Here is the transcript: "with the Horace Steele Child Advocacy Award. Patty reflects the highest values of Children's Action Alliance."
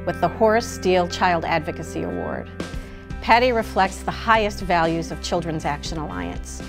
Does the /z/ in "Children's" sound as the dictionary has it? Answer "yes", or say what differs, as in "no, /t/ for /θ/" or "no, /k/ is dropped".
yes